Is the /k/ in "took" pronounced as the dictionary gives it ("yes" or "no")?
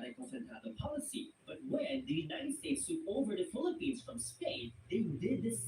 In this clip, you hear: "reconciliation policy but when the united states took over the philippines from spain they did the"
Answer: no